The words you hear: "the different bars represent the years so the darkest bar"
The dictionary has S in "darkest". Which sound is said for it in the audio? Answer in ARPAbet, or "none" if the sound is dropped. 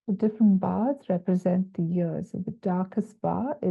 S